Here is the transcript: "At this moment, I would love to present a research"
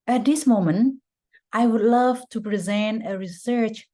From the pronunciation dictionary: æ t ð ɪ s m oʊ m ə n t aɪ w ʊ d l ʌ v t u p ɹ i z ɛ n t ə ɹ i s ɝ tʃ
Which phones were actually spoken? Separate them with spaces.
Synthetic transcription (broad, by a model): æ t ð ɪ s m oʊ m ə n t aɪ w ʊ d l ʌ v t u p ɹ i z ɛ n t ə ɹ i s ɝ tʃ